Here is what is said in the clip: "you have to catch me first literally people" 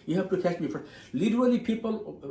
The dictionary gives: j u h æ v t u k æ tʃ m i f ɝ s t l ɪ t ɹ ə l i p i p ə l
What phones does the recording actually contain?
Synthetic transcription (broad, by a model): j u h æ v t u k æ s m i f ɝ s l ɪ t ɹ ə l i p i p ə l